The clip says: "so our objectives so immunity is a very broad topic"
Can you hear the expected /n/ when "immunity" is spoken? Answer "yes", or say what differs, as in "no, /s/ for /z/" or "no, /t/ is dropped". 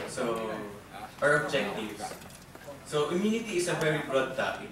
yes